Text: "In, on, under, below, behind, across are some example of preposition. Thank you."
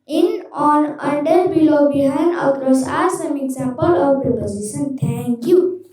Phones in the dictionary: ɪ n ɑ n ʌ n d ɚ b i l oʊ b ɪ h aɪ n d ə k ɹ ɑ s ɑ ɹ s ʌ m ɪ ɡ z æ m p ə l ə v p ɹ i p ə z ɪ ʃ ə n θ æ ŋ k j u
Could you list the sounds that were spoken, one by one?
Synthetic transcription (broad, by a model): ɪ n ɑ n ʌ n d ɚ b i l oʊ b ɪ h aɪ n ə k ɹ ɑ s ɑ ɹ s ʌ m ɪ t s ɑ p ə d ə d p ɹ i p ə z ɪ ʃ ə n t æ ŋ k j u